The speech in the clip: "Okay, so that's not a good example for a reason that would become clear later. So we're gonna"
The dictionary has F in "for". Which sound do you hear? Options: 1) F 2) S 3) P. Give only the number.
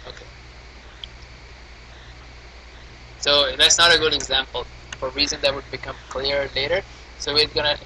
1